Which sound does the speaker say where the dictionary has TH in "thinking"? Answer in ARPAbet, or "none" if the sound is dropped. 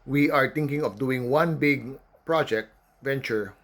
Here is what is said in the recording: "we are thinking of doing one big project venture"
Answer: T